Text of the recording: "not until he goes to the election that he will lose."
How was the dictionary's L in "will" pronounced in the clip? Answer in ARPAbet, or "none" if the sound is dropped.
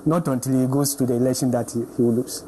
W